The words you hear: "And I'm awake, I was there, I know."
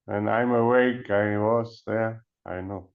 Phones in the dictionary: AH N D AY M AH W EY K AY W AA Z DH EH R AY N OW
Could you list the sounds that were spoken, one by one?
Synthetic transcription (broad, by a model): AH N AY M AH W EY K AY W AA S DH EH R AY N OW